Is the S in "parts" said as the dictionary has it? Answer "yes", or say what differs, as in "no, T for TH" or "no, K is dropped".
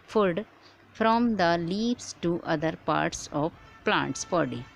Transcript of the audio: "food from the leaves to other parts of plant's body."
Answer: yes